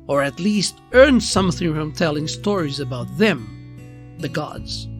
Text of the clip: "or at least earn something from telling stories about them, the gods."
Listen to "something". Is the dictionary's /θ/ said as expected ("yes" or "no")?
yes